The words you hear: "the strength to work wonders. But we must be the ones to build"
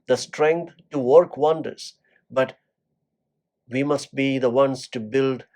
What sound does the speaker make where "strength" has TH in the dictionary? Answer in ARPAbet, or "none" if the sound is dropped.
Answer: T